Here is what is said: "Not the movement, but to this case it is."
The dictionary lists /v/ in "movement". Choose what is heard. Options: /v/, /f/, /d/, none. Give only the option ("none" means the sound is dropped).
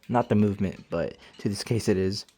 /v/